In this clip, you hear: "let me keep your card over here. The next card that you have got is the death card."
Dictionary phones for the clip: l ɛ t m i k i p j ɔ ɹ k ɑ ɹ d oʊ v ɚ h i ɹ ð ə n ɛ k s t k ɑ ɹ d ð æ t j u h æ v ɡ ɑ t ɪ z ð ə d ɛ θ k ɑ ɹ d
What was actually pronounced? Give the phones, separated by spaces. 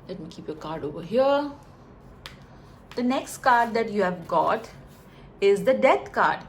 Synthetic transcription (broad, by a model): l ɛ t m i k i p j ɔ k ɑ ɹ d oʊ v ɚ h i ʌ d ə n ɛ k s t k ɑ ɹ d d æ t j u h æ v ɡ ɑ t ɪ z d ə d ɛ t k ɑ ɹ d